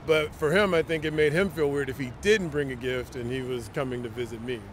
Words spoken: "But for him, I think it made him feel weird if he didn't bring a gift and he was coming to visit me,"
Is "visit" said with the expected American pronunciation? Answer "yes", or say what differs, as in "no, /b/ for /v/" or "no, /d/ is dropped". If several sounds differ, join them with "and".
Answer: yes